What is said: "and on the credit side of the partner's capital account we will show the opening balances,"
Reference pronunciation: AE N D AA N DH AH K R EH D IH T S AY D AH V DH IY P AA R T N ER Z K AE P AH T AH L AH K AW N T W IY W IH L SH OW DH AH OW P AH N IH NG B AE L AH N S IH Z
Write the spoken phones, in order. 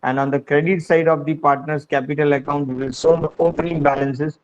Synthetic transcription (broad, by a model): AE N D AA N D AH K R EH D IH T S AY D AH V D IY P AA R T N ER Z K AE P AH T AH L AH K AW N T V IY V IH L S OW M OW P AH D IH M B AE L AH N S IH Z